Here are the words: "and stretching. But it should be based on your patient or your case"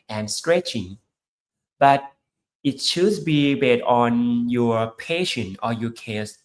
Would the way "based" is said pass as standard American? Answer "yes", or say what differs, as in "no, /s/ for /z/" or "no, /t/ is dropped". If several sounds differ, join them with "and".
no, /s/ is dropped